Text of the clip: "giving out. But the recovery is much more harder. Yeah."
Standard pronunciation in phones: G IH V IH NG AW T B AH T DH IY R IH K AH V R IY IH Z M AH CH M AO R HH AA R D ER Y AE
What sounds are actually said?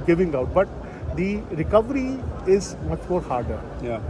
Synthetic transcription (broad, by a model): G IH V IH NG AW T B AH T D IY R IH K AH V R IY IH Z M AH CH M AO R HH AA R D ER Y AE